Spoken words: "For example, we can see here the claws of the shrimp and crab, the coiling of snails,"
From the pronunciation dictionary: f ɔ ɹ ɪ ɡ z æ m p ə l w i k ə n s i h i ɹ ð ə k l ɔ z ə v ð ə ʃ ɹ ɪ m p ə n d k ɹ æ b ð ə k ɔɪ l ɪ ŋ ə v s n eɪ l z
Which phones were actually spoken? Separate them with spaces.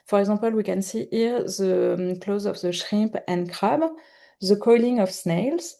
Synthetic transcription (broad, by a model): f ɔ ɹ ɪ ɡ z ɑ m p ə l w i k ə n s i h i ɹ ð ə k l ɔ z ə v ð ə ʃ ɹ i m p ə n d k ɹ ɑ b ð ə k ɔɪ l ɪ ŋ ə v s n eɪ l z